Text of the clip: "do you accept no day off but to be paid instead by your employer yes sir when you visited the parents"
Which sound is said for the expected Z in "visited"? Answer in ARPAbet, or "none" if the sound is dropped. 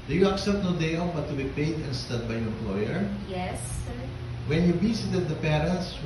S